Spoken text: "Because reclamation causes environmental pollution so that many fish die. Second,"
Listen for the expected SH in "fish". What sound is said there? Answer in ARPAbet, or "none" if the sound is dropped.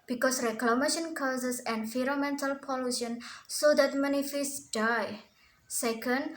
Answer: S